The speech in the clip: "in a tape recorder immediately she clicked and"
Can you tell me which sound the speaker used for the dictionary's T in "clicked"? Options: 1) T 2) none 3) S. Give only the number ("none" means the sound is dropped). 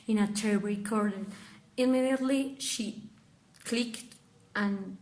1